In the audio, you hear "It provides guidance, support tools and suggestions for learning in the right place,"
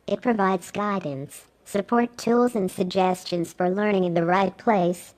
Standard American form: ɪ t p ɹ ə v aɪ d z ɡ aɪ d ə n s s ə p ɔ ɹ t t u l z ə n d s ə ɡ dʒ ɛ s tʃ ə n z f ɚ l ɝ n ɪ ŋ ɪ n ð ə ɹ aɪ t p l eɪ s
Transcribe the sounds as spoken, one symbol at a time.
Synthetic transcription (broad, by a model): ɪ t p ɹ ə v aɪ d z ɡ aɪ d n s s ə p ɔ ɹ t t u l z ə n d s ə ɡ dʒ ɛ s tʃ ə n z f ɚ l ɝ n ɪ ŋ ɪ n ð ə ɹ aɪ t p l eɪ s